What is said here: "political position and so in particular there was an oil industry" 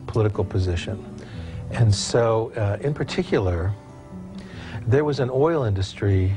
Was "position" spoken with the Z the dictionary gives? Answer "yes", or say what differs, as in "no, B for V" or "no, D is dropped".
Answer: yes